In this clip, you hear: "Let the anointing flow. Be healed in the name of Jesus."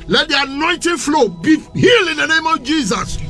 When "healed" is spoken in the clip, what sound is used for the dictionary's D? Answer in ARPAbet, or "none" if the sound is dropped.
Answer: none